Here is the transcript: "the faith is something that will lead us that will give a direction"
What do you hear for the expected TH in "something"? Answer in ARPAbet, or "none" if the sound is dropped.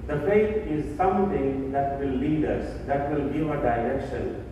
T